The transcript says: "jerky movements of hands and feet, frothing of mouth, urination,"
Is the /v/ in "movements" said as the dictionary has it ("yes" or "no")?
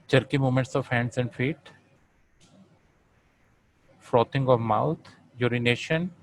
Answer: no